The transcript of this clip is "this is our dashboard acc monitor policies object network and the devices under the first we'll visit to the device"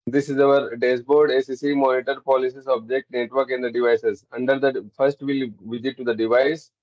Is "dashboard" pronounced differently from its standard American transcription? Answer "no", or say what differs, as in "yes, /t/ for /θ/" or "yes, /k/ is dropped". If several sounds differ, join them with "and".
yes, /s/ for /ʃ/